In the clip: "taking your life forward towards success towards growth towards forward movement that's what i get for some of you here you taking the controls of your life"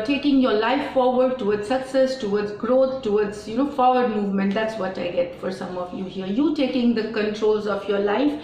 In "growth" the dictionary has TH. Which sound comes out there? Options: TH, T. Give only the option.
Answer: T